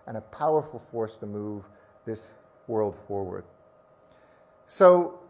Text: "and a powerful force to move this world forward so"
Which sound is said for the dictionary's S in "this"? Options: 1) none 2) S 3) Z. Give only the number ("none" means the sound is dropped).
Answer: 2